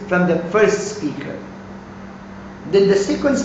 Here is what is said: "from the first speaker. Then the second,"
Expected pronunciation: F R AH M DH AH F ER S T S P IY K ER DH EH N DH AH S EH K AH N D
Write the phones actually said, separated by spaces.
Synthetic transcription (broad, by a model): F R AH M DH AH F ER S T S P IY K ER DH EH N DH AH S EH K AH N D